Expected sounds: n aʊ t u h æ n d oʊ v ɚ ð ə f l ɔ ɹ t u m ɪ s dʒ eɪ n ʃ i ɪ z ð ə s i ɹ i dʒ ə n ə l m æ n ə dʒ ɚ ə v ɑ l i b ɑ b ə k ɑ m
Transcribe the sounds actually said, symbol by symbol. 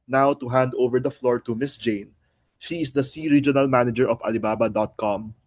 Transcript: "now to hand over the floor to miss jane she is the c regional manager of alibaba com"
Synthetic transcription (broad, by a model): n aʊ t u h æ n d oʊ v ɚ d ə f l ɔ ɹ t u m ɪ s dʒ eɪ n ʃ i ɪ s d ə s i ɹ i dʒ ə n ə l m æ n ə dʒ ɚ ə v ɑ l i b ɑ b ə k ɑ m